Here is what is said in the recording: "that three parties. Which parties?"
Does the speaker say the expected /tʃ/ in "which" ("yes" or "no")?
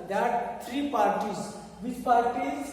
no